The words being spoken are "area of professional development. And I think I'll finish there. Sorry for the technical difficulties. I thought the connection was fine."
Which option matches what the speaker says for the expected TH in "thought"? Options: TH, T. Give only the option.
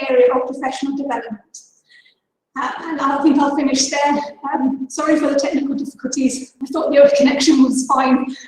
TH